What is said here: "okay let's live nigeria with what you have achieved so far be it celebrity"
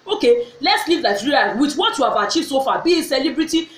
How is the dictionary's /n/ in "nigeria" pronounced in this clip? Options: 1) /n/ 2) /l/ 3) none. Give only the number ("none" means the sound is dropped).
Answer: 2